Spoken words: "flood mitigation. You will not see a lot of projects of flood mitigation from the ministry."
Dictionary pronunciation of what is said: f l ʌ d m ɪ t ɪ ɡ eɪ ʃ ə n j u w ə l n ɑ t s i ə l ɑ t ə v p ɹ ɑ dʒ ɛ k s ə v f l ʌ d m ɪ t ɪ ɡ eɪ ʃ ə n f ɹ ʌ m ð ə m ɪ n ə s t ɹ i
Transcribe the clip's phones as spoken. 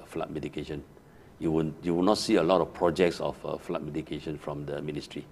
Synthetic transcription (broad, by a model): f l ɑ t m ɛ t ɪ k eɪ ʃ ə n j u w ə w n ɑ t s i ə l ɑ t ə f p ɹ ɑ dʒ ɛ k s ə f f l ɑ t m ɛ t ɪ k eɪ ʃ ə n f ɹ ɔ m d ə m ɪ n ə s t ɹ i